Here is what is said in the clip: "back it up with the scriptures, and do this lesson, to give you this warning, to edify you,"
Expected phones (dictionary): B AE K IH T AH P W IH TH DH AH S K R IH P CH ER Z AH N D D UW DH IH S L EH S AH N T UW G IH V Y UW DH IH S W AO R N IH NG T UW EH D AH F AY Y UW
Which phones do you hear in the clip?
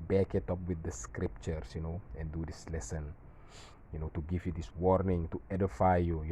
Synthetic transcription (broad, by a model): B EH K IH T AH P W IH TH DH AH S K R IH P CH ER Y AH N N D UW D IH S L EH S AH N T UW G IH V Y UW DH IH S W AO R N IH NG T UW EH D AH F AY Y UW